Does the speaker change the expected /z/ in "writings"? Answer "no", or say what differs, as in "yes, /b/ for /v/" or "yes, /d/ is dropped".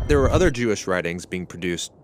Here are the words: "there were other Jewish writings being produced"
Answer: no